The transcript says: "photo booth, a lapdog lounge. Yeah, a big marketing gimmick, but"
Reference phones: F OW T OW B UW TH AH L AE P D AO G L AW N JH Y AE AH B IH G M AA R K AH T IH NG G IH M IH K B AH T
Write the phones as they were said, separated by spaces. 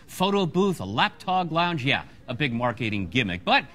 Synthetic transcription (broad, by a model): F OW T OW B UW TH AH L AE P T AO G L AW N JH Y AE AH B IH G M AA R K AH T IH NG G IH M IH K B AH T